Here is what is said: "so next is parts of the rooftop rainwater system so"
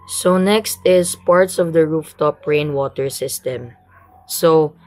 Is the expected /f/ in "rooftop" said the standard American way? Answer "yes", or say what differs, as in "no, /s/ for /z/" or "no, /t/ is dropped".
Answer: yes